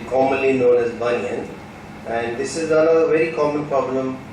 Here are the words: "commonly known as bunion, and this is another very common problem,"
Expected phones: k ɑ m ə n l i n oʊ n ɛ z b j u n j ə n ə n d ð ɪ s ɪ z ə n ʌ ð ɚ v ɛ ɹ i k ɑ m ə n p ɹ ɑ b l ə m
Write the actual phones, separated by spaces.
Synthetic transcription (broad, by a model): k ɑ m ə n l i n oʊ n ɛ z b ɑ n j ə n ə n d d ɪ s ɪ z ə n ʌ ɚ v ɛ ɹ i k ɑ m ə n p ɹ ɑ b l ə m